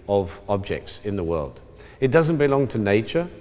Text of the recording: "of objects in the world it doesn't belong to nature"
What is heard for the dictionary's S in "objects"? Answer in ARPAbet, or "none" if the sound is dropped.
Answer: S